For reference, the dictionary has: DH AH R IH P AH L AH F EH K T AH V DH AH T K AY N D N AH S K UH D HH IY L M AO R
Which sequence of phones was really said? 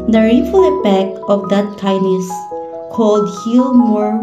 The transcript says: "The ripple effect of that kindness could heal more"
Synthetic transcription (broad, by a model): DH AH R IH F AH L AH P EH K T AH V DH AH T K AY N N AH S K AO D HH IY L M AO R